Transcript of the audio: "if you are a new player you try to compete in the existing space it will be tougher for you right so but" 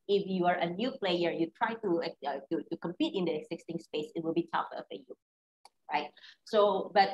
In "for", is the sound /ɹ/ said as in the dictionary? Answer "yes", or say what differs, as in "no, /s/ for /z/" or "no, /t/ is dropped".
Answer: no, /l/ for /ɹ/